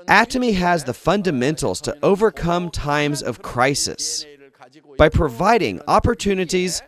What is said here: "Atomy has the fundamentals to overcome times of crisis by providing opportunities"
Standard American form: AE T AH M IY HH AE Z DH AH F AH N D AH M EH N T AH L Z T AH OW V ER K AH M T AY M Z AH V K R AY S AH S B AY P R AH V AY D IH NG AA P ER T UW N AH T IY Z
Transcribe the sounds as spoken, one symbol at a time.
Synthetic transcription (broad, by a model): AE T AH M IY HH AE Z DH AH F AH N D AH M EH N T L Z T AH OW V ER K AH M T AY M Z AH V K R AY S AH S B AY P R AH V AY D IH NG AA P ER T UW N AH T IY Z